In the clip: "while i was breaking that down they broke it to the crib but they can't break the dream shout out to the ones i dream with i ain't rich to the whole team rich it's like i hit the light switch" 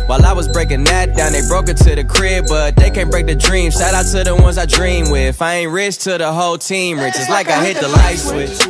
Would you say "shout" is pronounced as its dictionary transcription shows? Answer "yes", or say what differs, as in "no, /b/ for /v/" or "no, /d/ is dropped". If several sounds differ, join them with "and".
no, /s/ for /ʃ/